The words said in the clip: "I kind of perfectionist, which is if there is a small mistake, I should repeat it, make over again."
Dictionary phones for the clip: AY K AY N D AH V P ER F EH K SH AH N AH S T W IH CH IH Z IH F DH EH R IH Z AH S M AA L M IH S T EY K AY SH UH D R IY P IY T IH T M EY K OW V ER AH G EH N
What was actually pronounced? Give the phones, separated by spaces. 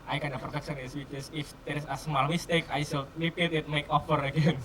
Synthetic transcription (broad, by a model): AY K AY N AH P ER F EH K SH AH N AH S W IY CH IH S IH F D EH R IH S AH S M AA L M IH S T EY K AY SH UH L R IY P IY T IH T M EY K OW F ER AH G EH N